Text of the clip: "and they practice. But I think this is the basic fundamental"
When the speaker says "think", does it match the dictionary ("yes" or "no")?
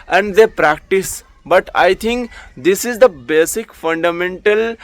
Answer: no